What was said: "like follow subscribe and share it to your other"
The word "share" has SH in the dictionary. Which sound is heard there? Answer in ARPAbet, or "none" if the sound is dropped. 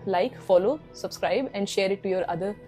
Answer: SH